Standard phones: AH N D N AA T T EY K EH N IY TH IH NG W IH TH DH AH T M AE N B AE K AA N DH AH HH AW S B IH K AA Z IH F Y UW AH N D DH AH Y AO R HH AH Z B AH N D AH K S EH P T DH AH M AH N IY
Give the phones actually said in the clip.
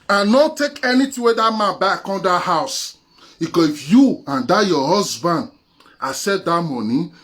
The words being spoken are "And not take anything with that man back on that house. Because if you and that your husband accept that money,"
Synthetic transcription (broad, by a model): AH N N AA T T EY K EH N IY T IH W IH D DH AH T M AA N B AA K AA N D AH HH AW S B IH K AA S IH F Y UW AH N D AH Y AO HH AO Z B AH N D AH S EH T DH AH M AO N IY